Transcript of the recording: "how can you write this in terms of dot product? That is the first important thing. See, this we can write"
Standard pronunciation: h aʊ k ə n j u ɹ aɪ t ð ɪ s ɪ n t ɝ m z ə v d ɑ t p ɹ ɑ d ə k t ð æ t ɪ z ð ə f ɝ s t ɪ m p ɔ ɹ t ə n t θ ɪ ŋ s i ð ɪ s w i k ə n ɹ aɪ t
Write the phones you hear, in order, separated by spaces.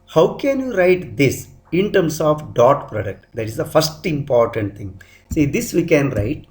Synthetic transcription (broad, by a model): h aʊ k ə n j u ɹ aɪ t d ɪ s ɪ n t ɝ m s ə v d ɑ t p ɹ ɑ d ə k t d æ t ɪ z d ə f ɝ s t ɪ m p ɔ ɹ t ə n t t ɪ ŋ s i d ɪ s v i k ə n ɹ aɪ t